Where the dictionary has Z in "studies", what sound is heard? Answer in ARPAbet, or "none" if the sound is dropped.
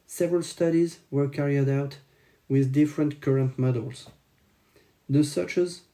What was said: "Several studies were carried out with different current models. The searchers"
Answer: Z